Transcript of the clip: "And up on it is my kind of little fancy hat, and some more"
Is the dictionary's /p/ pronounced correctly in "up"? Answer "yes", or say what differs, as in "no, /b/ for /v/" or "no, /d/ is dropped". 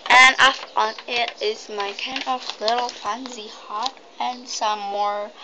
no, /f/ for /p/